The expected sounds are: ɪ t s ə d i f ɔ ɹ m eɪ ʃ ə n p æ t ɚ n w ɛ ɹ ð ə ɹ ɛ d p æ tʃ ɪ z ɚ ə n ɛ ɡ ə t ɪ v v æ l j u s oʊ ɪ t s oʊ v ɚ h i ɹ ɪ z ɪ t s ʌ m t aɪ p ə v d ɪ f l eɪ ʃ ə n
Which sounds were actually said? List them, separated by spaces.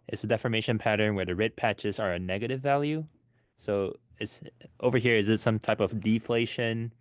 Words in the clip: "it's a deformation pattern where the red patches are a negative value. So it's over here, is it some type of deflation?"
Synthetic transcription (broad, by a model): ɪ t s ə d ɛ f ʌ ɹ m eɪ ʃ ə n p æ t ɚ n w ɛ ɹ ð ə ɹ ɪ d p æ tʃ ɪ z ɚ ə n ɛ ɡ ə t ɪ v v æ l j u s oʊ ɪ t s oʊ v ɚ h i ɹ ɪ z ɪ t s ʌ m t aɪ p ə v d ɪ f l eɪ ʃ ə n